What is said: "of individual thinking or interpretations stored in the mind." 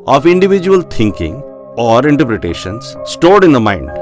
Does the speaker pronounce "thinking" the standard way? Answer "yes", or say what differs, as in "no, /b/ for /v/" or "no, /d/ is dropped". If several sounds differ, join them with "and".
no, /t/ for /θ/